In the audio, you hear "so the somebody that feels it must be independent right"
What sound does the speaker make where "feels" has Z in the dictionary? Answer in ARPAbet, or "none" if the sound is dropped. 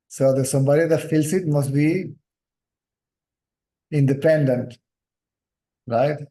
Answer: S